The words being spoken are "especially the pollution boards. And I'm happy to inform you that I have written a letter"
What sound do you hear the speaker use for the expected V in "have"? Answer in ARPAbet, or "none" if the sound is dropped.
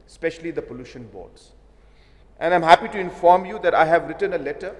V